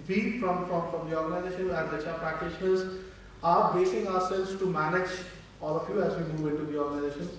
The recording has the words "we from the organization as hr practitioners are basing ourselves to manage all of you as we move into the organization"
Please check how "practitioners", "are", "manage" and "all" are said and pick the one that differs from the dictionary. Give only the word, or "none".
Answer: none